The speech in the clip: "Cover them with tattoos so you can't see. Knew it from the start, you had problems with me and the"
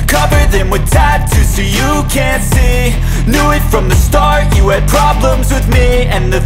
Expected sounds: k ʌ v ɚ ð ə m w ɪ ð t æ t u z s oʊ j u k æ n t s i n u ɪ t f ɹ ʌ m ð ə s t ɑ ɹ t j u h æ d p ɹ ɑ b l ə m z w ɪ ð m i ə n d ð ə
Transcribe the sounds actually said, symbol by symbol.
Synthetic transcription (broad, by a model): k ʌ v ɚ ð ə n w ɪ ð t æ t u s oʊ j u k æ n t s i n u ɪ t f ɹ ʌ m ð ə s t ɑ ɹ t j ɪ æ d p ɹ ɑ b l ə m z w ɪ ð m i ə n ð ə